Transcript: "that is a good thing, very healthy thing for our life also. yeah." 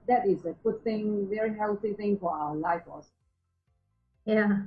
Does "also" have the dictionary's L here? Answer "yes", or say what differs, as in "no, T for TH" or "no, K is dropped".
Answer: no, L is dropped